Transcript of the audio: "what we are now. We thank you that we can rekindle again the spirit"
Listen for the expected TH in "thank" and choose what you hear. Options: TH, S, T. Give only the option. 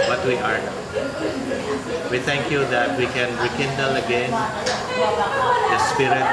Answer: T